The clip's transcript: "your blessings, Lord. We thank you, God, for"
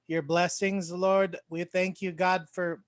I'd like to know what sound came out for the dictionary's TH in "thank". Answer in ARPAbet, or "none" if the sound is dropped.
TH